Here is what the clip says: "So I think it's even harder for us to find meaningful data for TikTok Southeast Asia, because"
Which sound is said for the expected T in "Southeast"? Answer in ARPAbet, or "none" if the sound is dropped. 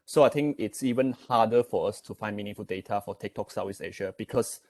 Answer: none